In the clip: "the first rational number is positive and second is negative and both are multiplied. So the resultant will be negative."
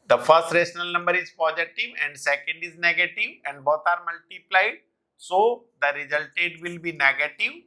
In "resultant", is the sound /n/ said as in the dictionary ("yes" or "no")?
no